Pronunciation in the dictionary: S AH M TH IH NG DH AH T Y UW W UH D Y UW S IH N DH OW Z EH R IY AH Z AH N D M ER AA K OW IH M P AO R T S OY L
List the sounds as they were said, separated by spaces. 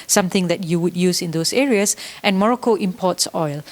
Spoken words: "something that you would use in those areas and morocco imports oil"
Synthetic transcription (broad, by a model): S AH M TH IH NG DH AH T Y UW W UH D Y UW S IH N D OW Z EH R IY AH S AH N M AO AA K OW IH M P AO T S OY L